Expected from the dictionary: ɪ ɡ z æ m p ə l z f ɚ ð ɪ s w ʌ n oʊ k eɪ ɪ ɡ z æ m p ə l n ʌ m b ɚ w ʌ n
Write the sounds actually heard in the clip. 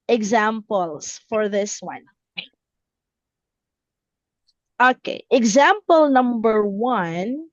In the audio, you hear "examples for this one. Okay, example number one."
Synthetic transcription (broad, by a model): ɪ ɡ z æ m p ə l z f ɚ ð ɪ s w ʌ n oʊ k eɪ ɪ ɡ z æ m p ə l n ʌ m b ɚ w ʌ n